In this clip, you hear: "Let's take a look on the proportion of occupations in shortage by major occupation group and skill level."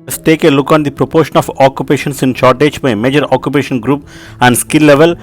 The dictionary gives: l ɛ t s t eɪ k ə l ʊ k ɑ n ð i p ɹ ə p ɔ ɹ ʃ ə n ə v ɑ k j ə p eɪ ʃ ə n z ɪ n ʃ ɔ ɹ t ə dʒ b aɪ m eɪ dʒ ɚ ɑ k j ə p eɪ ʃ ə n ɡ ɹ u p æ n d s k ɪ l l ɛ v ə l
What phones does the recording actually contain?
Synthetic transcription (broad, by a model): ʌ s t eɪ k ə l ʊ k ɑ n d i p ɹ ə p ɔ ɹ ʃ ə n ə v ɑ k j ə p eɪ ʃ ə n s ɪ n ʃ ɔ ɹ t ə dʒ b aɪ m eɪ dʒ ɚ ɑ k j ə p eɪ ʃ ə n ɡ ɹ u p æ n d s k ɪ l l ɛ v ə l